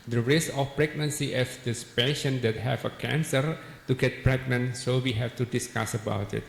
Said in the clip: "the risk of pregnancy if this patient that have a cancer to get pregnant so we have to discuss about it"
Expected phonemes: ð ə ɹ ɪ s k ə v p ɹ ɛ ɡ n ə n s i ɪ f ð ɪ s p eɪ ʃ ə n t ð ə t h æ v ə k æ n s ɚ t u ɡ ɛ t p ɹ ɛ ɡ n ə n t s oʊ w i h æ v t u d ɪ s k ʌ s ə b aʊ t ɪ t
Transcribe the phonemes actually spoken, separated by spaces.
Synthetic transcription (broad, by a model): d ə ɹ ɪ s ə f p ɹ ɛ ɡ n ə n s i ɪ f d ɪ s p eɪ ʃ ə n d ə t h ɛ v ə k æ n s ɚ t u ɡ ɛ t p ɹ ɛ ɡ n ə n s oʊ w i h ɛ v t u d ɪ s k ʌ s ə b aʊ t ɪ t